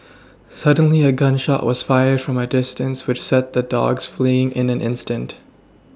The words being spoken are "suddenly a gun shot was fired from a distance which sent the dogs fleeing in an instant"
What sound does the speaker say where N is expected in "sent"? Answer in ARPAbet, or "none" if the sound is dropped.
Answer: none